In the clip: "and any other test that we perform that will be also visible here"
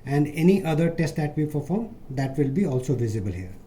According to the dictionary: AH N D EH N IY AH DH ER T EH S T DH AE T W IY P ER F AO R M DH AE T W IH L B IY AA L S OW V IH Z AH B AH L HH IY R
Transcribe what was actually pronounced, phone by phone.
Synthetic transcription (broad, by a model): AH N D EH N IY AH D ER T EH S T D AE T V IY P ER F AO R M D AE T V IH L B IY AA L S OW V IH Z AH B AH L HH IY R